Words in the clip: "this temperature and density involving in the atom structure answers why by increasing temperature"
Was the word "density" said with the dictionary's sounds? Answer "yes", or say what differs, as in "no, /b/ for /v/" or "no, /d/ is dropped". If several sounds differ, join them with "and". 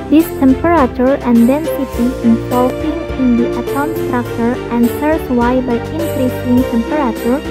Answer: yes